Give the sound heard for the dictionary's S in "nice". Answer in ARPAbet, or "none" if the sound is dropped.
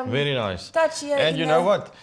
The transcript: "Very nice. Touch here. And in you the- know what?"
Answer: S